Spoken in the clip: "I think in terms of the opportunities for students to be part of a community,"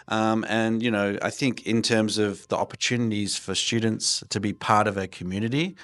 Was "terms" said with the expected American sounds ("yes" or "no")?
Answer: yes